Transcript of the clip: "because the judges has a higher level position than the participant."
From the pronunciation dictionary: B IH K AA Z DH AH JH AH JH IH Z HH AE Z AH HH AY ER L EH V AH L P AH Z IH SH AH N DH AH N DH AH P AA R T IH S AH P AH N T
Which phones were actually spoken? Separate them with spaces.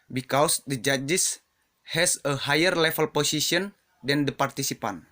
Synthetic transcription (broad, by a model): B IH K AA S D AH JH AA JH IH S HH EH S AH HH AY ER L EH F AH L P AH S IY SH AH N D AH N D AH P AA R T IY S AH P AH N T